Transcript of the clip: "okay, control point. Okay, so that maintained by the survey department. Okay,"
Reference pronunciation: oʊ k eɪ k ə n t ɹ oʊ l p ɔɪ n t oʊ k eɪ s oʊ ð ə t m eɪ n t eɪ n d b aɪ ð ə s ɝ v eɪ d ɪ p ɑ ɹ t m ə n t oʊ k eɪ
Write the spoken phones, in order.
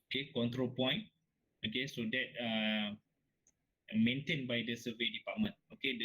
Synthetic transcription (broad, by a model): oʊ k eɪ k ə n t ɹ oʊ l p ɔɪ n oʊ k eɪ s oʊ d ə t m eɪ n t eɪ n b aɪ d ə s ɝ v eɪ d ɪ p ɑ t m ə n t oʊ k eɪ